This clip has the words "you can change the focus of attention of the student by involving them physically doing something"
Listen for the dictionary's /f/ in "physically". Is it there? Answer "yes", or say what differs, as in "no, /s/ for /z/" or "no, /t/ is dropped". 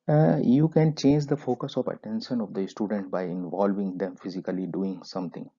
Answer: yes